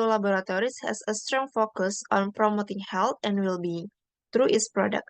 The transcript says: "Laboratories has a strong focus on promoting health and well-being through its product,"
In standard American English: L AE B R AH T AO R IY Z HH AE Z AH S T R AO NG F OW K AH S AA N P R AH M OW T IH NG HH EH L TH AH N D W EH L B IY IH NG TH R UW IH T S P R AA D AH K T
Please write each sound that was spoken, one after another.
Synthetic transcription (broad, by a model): L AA B R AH T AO R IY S HH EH S AH S T R AO NG F OW K AH S AA N P R AH M OW T IH NG HH EH L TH AH N D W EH L B IY IH NG T R UW IH T S P R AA D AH K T